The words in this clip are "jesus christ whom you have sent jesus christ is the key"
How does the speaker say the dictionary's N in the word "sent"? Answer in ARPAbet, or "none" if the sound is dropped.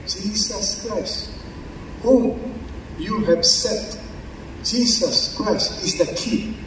none